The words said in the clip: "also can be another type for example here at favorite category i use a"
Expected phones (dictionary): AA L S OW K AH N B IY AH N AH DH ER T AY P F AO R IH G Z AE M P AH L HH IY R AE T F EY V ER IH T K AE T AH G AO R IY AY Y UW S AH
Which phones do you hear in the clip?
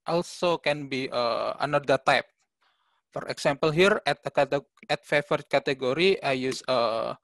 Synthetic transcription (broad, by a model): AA L S OW K AH N B IY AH N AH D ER T AY P F AO R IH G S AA M P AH L HH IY R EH T F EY F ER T K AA T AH G AO R IY AY Y UW S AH